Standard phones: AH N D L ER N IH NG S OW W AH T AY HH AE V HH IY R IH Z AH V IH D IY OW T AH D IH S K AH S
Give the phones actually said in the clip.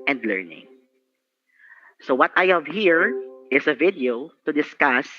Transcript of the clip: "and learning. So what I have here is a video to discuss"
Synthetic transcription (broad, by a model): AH N D L ER N IH NG S OW W AH T AY HH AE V HH IY R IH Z AH V IH D IY OW T AH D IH S K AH S